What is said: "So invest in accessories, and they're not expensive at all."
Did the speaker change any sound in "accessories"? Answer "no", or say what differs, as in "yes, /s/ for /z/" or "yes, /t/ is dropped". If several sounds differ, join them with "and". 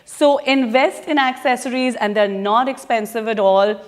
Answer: no